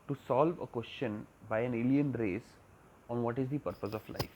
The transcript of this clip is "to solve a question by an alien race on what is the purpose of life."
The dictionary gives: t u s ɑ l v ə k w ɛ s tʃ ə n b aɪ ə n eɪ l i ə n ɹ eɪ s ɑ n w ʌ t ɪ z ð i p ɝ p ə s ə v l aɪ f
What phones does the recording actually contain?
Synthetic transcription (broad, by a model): t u s ɑ l v ə k w ɛ s tʃ ə n b aɪ ə n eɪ l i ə n ɹ eɪ s ɑ n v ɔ t ɪ z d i p ɝ p ə s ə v l aɪ f